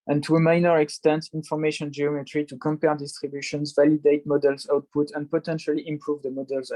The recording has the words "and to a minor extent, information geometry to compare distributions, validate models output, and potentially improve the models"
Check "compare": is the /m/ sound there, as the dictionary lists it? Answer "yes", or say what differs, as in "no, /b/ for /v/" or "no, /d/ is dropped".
yes